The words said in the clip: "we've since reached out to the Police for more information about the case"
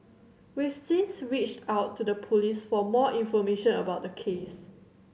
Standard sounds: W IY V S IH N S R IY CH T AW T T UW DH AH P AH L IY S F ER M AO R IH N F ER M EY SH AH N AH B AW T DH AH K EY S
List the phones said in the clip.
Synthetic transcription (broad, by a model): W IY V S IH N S R IY CH T AW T T UW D AH P AH L IY S F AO M AO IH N F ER M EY SH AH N AH B AW T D AH K EY S